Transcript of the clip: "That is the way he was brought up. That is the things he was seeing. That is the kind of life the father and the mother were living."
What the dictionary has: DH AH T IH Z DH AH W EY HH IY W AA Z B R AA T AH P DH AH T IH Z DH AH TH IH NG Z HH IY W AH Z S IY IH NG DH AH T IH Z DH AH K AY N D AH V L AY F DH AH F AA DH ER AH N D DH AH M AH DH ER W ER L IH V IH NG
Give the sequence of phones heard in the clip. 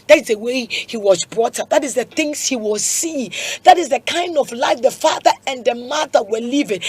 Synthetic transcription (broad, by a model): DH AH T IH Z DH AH W EY HH IY W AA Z B R AA T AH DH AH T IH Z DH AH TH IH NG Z HH IY W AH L S IY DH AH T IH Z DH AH K AY N D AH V L AY F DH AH F AA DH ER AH N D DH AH M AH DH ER W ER L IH V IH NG